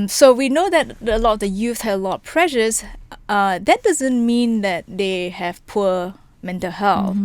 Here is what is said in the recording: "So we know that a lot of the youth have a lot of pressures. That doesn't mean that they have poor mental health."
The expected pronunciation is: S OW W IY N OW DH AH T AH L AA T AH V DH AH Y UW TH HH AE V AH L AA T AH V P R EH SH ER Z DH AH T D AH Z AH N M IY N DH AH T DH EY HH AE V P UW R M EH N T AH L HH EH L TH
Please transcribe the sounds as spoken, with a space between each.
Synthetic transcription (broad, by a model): S OW W IY N OW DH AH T AH L AA T AH V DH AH Y UW TH HH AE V AH L AA T P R EH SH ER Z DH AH T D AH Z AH N M IY N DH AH T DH EY HH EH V P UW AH M EH N T AH L HH EH L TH